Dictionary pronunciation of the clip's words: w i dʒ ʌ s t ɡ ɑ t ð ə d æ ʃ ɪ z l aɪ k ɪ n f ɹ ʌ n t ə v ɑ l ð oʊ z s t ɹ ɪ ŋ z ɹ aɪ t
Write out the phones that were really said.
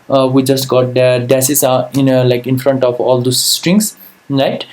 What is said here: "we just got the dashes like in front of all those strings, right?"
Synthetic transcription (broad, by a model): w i dʒ ʌ s t ɡ ɑ t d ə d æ s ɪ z l aɪ k ɪ n f ɹ ʌ n t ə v ɑ l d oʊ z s t ɹ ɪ ŋ s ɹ aɪ t